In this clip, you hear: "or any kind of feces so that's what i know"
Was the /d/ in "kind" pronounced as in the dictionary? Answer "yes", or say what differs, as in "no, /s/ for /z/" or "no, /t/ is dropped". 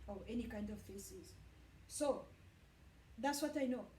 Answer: yes